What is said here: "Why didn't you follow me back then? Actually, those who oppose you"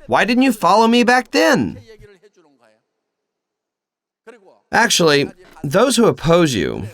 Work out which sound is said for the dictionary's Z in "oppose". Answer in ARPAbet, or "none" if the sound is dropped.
Z